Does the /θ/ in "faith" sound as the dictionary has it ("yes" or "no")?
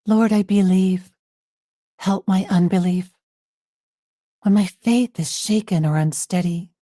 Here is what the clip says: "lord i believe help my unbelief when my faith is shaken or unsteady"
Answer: yes